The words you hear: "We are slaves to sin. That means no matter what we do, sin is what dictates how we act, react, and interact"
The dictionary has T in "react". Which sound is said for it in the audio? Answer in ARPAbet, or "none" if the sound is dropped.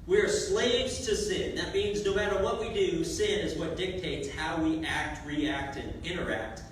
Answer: T